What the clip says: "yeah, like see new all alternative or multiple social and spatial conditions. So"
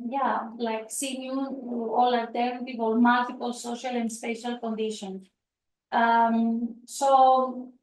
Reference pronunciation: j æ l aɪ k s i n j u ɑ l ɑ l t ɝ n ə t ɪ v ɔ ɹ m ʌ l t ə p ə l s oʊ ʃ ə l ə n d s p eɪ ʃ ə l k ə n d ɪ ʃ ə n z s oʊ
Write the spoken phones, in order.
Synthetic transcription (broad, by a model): j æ l aɪ k s i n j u ɑ l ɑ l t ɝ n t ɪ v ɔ l m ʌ l t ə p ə l s oʊ ʃ ə l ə n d s p eɪ ʃ ə l k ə n d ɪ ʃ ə n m s oʊ